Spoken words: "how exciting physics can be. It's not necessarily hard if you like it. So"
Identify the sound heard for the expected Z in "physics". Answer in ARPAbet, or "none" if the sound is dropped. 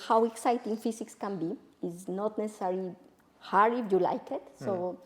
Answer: S